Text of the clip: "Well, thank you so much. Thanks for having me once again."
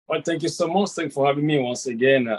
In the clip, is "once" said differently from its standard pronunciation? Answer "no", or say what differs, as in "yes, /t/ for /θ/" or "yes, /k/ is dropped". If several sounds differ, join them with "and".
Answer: no